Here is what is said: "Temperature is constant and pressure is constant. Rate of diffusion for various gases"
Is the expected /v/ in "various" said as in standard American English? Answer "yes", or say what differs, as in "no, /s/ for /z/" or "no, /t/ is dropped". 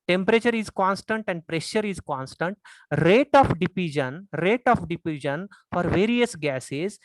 yes